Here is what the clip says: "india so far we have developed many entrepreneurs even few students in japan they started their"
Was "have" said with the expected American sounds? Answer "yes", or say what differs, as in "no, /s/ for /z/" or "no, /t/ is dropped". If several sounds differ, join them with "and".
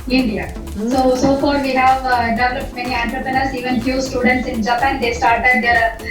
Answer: yes